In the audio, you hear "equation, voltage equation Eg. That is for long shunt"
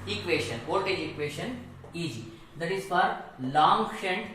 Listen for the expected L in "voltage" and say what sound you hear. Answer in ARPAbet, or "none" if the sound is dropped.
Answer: none